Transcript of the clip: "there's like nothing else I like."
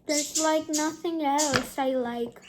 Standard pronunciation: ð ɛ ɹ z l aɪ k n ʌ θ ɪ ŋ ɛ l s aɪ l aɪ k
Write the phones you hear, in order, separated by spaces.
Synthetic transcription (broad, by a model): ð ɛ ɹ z l aɪ k n ʌ θ ɪ ŋ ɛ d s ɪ l aɪ k